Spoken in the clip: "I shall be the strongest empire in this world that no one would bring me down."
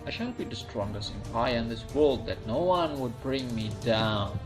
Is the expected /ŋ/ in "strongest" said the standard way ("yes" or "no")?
yes